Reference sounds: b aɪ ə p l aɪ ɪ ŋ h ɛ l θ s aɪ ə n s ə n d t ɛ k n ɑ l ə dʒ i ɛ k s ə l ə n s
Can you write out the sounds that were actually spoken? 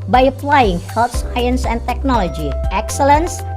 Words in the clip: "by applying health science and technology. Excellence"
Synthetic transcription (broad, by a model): b aɪ ə p l aɪ ɪ ŋ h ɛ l t s aɪ ə n s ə n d t ɛ k n ɑ l ə dʒ i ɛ k s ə l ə n s